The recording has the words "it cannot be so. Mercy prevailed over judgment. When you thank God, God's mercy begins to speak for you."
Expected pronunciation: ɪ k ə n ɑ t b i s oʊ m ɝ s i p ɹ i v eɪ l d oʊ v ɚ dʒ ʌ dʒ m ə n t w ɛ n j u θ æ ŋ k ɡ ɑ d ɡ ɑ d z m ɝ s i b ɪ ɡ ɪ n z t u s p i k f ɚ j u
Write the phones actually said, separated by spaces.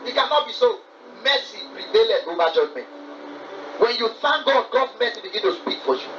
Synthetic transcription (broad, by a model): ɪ k ə n ɑ t b i s oʊ m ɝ s i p ɹ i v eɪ l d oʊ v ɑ dʒ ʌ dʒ m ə n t w ɛ n j u f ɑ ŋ ɡ ɑ d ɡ ɑ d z m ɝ s i b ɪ ɡ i n t u s p i k f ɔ j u